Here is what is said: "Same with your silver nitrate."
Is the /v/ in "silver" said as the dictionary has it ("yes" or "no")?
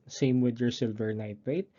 yes